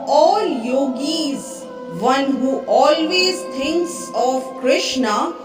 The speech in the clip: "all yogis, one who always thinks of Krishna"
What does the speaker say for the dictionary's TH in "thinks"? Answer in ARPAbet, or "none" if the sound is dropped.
T